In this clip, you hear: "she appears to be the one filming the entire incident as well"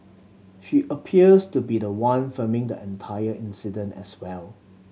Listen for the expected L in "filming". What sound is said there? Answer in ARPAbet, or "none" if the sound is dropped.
none